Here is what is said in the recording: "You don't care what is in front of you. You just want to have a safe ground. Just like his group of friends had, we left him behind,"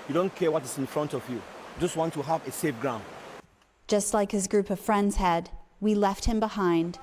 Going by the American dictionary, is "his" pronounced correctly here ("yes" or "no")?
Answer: yes